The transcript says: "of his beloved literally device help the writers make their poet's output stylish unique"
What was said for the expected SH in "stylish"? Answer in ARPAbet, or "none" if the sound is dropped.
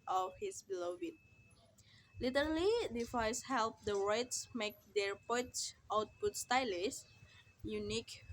S